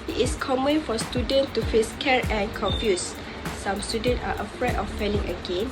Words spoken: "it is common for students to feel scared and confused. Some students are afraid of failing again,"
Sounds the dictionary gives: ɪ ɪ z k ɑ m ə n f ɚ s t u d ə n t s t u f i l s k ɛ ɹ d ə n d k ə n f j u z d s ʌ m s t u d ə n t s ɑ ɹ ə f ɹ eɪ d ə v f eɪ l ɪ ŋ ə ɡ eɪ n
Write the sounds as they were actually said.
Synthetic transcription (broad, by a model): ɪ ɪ s k ɑ m ə n f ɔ s t u d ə n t t u f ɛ s k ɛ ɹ ə n k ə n f j u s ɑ m s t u d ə n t ɑ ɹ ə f ɹ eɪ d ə f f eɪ l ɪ ŋ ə ɡ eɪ n